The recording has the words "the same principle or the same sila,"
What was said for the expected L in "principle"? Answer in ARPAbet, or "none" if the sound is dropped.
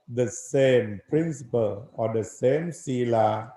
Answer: L